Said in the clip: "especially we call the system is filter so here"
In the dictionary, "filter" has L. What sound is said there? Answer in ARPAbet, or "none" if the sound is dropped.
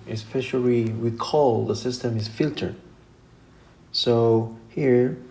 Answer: L